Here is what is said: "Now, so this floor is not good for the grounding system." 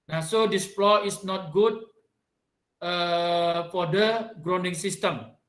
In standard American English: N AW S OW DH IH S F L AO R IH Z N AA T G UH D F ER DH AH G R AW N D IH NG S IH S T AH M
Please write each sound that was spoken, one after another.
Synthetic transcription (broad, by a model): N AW S OW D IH S P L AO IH S N AA T G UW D F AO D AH G R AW N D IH NG S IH S T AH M